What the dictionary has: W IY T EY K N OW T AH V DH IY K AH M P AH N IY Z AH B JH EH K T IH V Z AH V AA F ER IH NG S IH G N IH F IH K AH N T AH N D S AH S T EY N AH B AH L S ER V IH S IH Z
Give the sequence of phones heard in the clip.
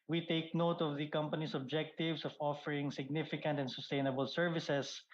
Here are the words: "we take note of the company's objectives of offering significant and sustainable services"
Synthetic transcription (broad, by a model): W IY T EY K N OW T AH V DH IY K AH M P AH N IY S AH B JH EH K T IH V S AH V AA F ER IH NG S IH G N IH F IH K AH N T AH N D S AH S T EY N AH B AH L S ER V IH S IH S